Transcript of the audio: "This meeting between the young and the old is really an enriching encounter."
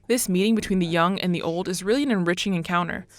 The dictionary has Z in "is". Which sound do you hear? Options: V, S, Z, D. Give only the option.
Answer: Z